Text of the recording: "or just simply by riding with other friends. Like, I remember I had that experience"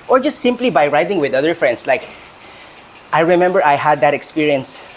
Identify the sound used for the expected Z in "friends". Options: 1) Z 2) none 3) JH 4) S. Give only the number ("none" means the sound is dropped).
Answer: 4